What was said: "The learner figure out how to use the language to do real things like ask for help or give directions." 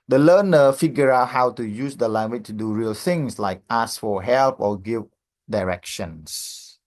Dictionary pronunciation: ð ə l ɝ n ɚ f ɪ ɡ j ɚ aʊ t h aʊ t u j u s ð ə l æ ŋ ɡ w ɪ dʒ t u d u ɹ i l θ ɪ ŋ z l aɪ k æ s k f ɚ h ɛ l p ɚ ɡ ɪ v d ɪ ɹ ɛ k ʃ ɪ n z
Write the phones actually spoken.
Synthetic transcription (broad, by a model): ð ə l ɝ n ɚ f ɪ ɡ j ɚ aʊ t h aʊ t u j u s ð ə l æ ŋ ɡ w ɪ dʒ t u d u ɹ i l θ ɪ ŋ s l aɪ k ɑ s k f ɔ h ɛ l p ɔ ɡ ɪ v d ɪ ɹ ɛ k ʃ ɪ n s